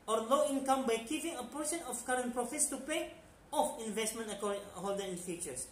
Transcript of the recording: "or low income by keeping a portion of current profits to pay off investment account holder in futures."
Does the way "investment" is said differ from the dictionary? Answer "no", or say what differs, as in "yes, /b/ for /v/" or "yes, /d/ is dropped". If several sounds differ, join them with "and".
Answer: no